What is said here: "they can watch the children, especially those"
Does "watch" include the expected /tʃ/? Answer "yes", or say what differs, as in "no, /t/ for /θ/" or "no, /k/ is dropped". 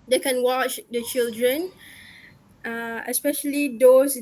yes